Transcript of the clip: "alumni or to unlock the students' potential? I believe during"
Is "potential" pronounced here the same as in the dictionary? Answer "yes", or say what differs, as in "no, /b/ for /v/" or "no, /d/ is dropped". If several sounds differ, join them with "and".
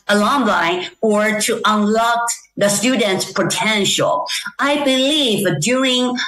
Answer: yes